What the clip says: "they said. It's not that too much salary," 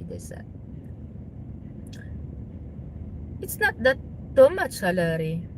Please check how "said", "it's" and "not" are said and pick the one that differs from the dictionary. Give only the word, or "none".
said